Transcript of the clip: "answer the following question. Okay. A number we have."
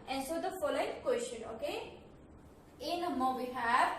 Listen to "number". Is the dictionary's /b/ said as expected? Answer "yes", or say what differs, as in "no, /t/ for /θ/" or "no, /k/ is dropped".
no, /b/ is dropped